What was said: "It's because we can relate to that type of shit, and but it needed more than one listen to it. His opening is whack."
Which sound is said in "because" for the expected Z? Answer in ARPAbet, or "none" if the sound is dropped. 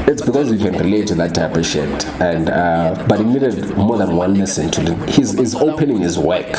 Z